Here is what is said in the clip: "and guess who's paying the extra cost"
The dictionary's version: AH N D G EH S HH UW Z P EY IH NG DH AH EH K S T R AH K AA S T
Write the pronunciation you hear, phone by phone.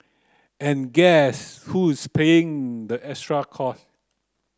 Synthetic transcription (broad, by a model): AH N G EH S HH UW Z P EY IH NG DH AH EH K S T R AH K AA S